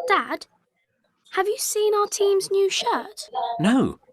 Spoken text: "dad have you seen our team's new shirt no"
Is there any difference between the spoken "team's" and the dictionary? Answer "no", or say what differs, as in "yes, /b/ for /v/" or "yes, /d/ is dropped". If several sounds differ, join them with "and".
no